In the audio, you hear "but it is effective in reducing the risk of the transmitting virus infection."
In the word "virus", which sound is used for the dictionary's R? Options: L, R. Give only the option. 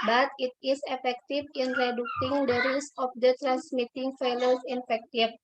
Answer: L